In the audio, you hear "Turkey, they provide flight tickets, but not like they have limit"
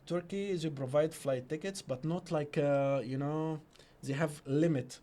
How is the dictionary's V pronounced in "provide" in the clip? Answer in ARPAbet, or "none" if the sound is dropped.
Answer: V